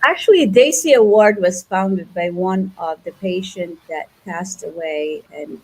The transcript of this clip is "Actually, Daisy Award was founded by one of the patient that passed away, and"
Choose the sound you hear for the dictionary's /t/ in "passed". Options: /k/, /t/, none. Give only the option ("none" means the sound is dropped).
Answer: /t/